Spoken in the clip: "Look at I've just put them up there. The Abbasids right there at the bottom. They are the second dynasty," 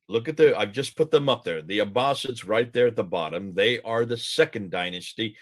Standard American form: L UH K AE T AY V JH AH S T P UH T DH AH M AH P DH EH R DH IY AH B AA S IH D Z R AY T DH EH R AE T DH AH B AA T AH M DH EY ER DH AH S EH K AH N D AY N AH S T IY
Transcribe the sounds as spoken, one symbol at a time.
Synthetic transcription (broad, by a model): L UH K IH T AY V JH AH S P UH T DH AH M AH P DH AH R DH IY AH B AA S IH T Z R AY T DH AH R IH T DH AH B AA T AH M DH EY ER DH AH S EH K AH N D AY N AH S T IY